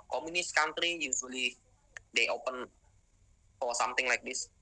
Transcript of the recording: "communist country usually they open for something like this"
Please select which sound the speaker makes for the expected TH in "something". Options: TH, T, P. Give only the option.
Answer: T